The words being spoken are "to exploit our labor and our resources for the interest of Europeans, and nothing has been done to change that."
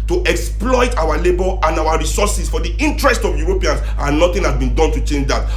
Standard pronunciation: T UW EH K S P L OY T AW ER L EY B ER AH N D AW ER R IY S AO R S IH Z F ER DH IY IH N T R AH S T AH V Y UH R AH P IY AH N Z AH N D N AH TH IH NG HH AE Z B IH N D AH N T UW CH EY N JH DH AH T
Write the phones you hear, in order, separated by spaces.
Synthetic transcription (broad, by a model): T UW EH K S P L OY T AW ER L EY B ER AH N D AW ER R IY S AO S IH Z F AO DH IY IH N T R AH S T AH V Y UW R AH P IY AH N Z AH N N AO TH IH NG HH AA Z B IH N D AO N T UW CH EY N JH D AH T